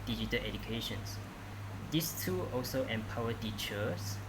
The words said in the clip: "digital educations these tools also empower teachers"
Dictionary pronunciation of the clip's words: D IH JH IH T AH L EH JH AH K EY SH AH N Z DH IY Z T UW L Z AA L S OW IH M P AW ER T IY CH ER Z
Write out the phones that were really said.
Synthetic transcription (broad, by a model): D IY JH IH T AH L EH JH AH K EY SH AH N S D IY S T UW AA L S OW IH M P AW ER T IY CH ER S